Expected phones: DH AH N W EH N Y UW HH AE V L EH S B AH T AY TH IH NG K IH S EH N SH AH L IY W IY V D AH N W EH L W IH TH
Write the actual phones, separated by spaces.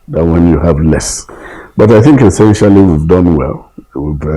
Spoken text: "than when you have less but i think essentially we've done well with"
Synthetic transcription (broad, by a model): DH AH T W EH N Y UW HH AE V L EH S B AH T AY TH IH NG K IH S EH N SH AH L IY W IY V D AH N W EH L W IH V